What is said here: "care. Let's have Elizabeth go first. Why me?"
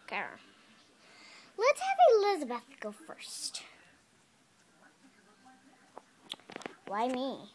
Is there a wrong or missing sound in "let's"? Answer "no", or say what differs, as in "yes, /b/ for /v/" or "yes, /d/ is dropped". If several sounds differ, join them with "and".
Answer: no